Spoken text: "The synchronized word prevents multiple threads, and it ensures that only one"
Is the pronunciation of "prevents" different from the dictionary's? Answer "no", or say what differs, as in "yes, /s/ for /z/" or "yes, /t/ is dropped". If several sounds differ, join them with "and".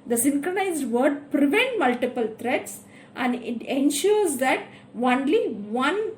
yes, /s/ is dropped